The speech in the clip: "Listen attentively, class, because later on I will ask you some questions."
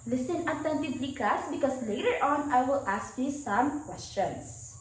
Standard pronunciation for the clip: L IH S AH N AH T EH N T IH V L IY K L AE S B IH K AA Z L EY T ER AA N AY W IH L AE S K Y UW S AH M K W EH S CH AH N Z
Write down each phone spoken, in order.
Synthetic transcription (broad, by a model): L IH S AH N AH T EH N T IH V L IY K AE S B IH K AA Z L EY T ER AA N AY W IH L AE S K Y UW S AH M K W EH S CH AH N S